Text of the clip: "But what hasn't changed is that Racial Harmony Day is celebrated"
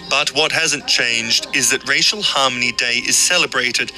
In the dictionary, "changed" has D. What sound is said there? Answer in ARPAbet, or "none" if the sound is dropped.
D